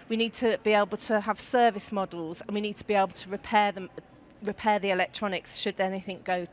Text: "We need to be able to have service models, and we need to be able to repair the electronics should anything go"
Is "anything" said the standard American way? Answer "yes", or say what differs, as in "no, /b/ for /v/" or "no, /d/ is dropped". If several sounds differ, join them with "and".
yes